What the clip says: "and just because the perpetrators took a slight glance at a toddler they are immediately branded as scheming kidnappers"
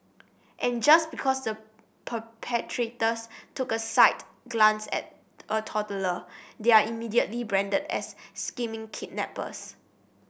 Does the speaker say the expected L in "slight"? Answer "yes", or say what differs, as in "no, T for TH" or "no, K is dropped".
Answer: no, L is dropped